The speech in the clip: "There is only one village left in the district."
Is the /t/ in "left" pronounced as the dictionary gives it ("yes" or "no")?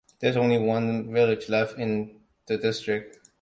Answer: no